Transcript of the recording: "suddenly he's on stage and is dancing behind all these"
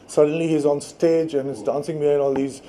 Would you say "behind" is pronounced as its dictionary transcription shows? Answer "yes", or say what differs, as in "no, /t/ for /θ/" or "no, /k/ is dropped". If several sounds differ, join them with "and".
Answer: no, /d/ is dropped